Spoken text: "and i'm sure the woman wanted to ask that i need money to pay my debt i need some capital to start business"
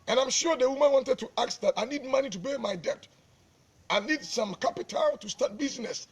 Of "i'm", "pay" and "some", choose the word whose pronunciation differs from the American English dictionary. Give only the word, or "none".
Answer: pay